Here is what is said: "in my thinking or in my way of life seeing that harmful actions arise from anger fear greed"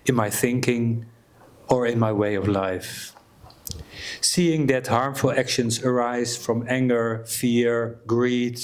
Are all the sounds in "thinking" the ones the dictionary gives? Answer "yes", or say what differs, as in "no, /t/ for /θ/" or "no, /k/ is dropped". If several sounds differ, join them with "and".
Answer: yes